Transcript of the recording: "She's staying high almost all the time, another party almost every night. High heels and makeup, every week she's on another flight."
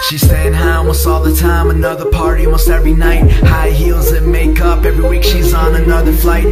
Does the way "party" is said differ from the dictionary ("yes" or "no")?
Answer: no